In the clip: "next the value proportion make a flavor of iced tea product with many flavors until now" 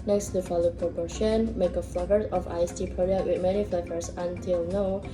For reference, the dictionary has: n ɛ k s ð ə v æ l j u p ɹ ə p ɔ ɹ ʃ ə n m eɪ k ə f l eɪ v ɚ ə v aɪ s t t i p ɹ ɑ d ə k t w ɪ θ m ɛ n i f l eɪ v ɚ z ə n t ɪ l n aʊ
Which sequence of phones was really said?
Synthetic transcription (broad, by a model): n ɛ k s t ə f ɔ l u p ɹ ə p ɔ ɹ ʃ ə n m eɪ k ə f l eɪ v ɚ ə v aɪ s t t i p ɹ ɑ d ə t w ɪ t m ɛ n i f l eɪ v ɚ s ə n t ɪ l n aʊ